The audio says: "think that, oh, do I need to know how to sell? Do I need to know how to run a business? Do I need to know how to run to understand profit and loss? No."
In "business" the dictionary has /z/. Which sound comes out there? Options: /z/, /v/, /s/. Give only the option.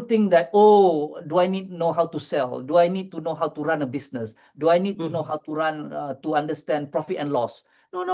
/s/